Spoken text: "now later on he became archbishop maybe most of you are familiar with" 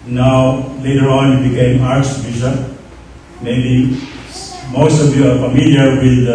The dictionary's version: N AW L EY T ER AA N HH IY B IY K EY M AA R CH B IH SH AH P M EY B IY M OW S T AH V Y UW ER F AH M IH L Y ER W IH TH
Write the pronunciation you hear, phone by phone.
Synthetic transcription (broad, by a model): N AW L EY T ER AA N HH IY B IY K EY M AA R S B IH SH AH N M EY B IY M OW S T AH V Y UW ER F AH M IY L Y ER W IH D